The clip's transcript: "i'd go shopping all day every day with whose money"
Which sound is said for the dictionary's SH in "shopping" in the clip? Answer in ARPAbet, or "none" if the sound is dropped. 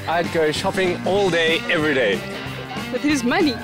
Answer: SH